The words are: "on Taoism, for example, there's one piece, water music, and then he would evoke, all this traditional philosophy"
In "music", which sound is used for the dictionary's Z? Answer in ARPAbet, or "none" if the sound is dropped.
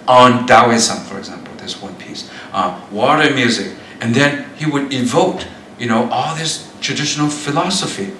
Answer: Z